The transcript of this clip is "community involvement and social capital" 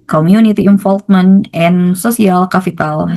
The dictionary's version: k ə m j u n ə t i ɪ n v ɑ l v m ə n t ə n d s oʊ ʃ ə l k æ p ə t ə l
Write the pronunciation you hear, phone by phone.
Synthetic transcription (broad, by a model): k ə m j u n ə t i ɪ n f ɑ l f m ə n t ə n s oʊ s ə l k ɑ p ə t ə l